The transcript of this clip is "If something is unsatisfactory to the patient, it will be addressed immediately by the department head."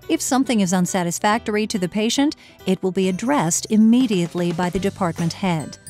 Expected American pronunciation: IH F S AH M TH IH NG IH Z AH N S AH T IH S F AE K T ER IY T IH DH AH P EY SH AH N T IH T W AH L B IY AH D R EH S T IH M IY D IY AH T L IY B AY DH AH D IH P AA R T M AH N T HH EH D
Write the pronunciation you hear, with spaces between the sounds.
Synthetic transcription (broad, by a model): IH F S AH M TH IH NG IH Z AH N S AH T IH S F AE K T ER IY T IH DH AH P EY SH AH N T IH T W AH L B IY AH D R EH S T IH M IY D IY AH T L IY B AY DH AH D IH P AA R T M AH N T HH EH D